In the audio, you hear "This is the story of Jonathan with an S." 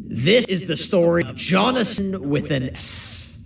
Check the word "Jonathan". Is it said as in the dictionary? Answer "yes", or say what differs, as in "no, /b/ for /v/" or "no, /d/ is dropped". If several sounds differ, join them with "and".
no, /s/ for /θ/